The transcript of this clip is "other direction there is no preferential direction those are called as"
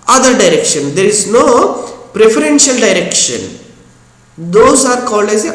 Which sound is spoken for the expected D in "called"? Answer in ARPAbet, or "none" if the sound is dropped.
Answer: none